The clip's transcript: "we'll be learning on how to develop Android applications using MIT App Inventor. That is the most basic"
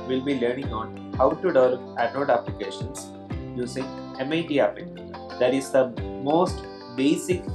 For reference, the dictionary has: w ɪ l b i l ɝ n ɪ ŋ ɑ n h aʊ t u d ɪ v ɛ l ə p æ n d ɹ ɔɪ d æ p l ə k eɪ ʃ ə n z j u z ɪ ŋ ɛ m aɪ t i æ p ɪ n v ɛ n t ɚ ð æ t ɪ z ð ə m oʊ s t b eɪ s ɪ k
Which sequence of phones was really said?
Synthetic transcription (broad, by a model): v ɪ l b i l ɝ n ɪ ŋ ɑ n h aʊ t u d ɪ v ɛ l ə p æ d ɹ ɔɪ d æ p l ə k eɪ ʃ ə n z j u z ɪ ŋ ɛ m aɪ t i æ p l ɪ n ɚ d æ t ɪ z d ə m oʊ s t b eɪ s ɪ k